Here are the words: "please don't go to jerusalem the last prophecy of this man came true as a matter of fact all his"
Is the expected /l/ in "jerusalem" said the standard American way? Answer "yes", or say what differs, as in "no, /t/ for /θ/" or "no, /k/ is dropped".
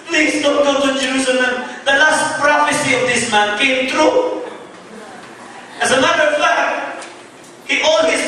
no, /n/ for /l/